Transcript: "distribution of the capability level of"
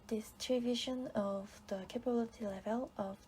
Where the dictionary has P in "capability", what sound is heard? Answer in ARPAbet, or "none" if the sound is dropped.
P